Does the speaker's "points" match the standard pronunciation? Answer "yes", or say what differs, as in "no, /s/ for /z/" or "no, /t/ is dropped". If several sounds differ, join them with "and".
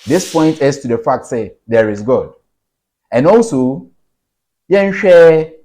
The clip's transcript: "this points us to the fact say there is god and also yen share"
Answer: no, /s/ is dropped